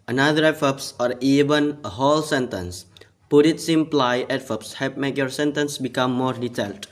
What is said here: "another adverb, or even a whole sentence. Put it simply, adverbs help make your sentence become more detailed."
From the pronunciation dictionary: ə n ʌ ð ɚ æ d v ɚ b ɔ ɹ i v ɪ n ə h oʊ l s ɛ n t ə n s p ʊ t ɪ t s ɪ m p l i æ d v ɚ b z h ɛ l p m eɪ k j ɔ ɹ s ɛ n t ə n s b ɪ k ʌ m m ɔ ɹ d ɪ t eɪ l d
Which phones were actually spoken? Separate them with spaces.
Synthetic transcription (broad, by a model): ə n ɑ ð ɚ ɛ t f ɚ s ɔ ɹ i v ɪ n ə h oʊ l s ɛ n t ə n s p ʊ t ɪ t s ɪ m p l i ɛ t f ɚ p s h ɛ p m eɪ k j ɔ ɹ s ɛ n t ə n s b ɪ k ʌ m m ɔ ɹ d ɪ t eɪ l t